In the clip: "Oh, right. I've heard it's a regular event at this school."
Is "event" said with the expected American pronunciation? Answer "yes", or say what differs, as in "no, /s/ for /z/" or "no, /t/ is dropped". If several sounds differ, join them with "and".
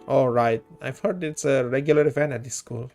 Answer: no, /f/ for /v/ and /t/ is dropped